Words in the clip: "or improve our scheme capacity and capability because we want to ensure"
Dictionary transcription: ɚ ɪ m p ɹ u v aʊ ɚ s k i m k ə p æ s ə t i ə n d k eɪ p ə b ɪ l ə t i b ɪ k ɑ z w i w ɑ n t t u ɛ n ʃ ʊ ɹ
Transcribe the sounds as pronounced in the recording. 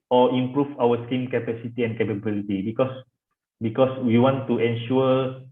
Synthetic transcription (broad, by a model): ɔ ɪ m p ɹ u f aʊ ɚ s k i m k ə p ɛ s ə t i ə n k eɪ p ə b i l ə t i b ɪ k ɑ s w i w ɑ n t t u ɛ n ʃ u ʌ